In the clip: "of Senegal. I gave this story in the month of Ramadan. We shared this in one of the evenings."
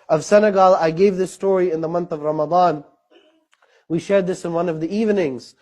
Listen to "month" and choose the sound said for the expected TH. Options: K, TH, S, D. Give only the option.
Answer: TH